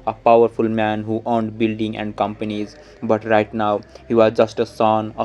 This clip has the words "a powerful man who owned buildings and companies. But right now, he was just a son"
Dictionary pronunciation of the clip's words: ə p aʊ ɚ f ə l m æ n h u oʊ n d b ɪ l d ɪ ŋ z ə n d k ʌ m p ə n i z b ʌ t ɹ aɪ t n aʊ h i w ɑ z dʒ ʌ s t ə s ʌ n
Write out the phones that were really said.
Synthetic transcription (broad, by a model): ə p aʊ ɚ f ə l m æ n h u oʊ n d b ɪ l d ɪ ŋ ə n d k ʌ m p ə n i z b ʌ t ɹ aɪ t n aʊ h i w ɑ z dʒ ʌ s t ə s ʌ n